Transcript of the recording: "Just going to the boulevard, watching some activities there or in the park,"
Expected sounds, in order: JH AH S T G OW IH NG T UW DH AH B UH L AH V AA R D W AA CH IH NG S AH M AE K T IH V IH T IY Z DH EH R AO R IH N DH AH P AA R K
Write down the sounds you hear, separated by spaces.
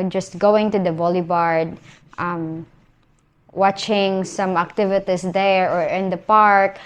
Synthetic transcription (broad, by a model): JH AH S T G OW IH NG T UW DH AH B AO L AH B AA R D W AA CH IH NG S AH M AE K T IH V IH T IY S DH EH R AO R IH N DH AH P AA R K